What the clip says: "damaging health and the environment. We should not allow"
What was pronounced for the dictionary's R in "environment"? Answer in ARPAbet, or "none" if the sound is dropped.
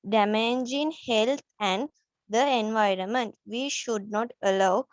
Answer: R